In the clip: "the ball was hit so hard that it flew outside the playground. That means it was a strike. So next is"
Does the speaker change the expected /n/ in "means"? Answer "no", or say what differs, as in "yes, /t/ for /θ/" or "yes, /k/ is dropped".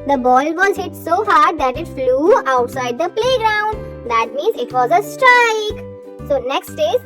no